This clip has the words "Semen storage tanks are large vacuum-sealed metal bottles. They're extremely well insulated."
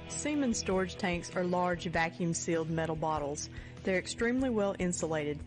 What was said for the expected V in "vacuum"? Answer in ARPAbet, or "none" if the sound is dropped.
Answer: V